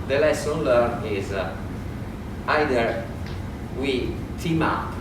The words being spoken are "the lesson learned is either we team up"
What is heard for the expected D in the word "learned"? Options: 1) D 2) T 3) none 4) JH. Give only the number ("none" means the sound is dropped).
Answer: 3